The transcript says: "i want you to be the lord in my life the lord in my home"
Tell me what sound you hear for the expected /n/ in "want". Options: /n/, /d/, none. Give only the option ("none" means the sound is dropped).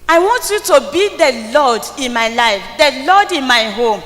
/n/